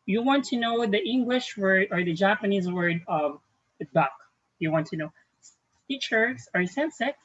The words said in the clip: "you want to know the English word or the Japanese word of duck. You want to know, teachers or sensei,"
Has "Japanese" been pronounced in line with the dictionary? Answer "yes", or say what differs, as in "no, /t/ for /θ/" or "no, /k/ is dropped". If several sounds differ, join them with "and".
yes